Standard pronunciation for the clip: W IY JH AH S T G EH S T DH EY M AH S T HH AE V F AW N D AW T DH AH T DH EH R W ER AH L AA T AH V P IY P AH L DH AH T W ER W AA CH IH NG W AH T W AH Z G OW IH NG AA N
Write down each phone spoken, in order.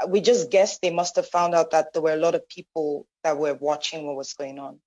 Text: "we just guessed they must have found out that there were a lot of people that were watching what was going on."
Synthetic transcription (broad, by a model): W IY JH AH S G EH S DH EY M AH S T HH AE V F AW N D AW T DH AH T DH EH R W ER AH L AA T AH V P IY P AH L DH AH T W ER W AA CH IH NG W AH T W AH Z G OW IH NG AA N